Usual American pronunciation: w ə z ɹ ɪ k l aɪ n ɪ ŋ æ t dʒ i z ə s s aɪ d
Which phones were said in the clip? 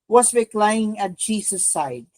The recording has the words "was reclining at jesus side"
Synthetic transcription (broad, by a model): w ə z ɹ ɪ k l aɪ ɪ ŋ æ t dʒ i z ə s s aɪ d